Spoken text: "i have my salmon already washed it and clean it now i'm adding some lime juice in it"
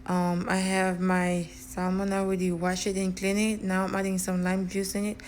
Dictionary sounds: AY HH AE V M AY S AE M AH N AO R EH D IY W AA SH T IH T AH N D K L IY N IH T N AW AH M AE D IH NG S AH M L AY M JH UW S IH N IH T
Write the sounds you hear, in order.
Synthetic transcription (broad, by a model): AY HH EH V M AY S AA M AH N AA W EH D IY W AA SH IH T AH N K L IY N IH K N AW AH M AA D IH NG S AH M L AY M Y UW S IH N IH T